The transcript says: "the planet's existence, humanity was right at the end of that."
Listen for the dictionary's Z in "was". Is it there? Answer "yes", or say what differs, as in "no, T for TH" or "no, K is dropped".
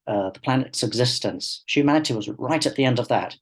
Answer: yes